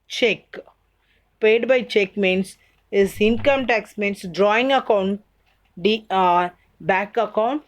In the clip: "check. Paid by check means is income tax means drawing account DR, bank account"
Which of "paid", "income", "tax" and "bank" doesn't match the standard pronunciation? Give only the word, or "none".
bank